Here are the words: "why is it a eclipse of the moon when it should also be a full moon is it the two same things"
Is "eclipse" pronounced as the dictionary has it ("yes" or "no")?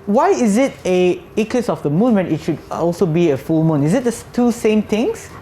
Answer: no